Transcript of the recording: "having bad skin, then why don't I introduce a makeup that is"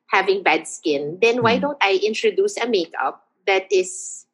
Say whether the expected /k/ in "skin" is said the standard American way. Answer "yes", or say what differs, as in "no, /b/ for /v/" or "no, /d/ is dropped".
yes